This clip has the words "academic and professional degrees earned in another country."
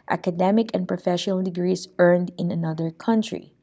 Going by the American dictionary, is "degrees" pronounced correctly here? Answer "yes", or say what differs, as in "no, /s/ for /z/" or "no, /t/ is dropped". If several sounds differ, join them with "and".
no, /s/ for /z/